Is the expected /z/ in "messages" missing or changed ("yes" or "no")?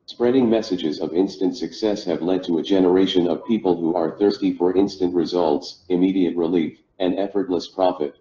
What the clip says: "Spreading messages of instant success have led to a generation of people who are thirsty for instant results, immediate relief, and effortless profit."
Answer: no